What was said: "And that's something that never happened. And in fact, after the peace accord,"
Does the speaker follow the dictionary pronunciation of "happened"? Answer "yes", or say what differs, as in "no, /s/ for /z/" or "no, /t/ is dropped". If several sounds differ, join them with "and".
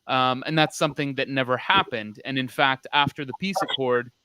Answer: yes